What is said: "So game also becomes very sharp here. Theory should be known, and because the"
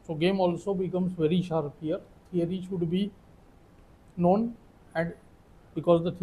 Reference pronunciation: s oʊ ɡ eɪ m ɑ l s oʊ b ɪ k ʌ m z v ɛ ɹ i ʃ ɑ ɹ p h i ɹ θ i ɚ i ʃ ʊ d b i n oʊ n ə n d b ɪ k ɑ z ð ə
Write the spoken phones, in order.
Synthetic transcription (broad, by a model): s oʊ ɡ eɪ m ɑ l s oʊ b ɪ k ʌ m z v ɛ ɹ i ʃ ɑ ɹ p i ɹ t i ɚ i ʃ ʊ d b i n oʊ n ə n d b ɪ k ɑ z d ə